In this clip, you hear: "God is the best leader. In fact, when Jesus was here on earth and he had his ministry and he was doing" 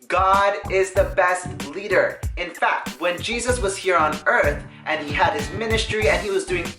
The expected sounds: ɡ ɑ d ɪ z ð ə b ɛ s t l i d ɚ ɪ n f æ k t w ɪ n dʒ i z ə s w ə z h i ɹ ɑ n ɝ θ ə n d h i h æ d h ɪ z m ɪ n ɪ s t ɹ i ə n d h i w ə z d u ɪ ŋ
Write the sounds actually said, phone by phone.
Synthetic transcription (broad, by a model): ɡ ɑ d ɪ z ð ə b ɛ s t l i d ɚ ɪ n f æ k t w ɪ n dʒ i z ə s w ə z h i ɹ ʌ n ɝ θ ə n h i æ d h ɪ z m ɪ n ɪ s t ɹ i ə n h i w ə z d u ɪ ŋ